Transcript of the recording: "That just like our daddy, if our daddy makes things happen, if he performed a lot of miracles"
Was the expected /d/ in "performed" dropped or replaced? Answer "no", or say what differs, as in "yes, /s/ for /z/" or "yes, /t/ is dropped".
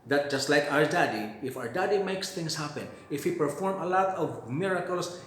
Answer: yes, /d/ is dropped